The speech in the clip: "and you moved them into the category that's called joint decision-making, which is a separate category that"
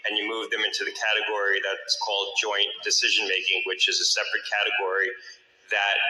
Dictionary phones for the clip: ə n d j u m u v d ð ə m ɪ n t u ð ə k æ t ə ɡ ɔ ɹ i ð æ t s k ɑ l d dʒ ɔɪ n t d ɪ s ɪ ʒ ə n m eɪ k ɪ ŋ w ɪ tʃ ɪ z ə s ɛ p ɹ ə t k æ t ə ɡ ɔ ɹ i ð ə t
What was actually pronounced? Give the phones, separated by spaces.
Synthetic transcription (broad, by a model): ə n j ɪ m u v ð ə m ɪ n t u ð ə k æ t ə ɡ ɔ ɹ i ð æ t s k ɑ l d dʒ ɔɪ n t d ɪ s ɪ ʒ ə n m eɪ k ɪ ŋ w ɪ tʃ ɪ z ə s ɛ p ɹ ə t k æ t ə ɡ ɔ ɹ i ð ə t